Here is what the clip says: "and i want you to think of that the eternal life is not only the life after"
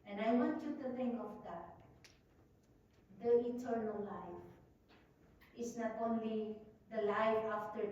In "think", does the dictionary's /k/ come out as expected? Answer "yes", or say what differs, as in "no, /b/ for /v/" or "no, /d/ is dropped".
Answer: no, /k/ is dropped